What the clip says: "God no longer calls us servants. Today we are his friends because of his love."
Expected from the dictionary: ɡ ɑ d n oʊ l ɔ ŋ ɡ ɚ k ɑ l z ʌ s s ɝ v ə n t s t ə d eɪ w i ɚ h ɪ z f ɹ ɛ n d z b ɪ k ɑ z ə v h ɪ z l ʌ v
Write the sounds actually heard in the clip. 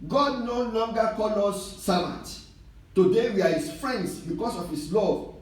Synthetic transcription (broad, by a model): ɡ ɑ d n oʊ l ɔ ŋ ɡ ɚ k ɑ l ɔ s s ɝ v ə n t t ə d eɪ w i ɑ h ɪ s f ɹ ɛ n d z b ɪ k ɑ s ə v h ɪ s l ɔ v